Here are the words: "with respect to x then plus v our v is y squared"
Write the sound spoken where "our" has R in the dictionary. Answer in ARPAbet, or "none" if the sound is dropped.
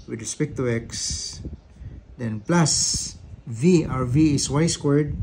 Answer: R